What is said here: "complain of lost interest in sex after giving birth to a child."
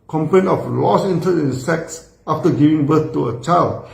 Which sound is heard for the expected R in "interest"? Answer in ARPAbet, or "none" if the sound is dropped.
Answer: none